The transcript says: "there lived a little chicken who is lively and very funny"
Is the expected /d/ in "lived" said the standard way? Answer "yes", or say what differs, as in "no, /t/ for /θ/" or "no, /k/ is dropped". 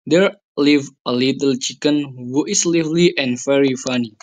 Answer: no, /d/ is dropped